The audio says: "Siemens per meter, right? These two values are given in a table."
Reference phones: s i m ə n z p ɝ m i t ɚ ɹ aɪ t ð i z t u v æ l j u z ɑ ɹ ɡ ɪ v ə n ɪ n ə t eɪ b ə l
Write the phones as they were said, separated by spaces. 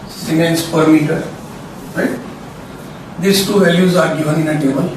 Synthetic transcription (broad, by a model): s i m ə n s p ɝ m i t ɚ ɹ aɪ t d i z t u v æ l j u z ɑ ɹ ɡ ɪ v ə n ɪ n ə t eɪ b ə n